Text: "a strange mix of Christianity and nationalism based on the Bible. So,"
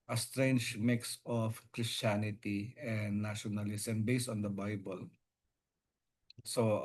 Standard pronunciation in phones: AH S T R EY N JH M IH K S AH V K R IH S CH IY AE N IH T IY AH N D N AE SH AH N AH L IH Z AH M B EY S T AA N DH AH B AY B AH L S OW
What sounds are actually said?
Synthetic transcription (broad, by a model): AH S T R EY N JH M IH K S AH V K R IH S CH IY N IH T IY AH N D N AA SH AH N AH L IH S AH M B EY S T AA N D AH B AY B AH L S OW